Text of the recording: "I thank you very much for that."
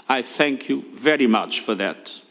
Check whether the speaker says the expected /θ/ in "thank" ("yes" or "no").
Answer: yes